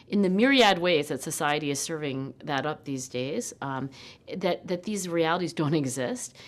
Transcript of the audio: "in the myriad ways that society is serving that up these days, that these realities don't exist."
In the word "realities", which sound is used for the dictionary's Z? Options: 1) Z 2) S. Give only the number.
1